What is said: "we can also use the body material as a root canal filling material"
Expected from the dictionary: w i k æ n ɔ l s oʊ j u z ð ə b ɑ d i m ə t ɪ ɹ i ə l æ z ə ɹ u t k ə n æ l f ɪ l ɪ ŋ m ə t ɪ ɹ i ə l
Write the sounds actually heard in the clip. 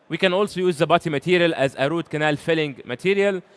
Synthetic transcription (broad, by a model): w i k æ n ɔ l s oʊ j u z ð ə b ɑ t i m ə t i ɹ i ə l æ z ə ɹ u t k ə n æ l f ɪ l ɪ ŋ m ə t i ɹ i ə l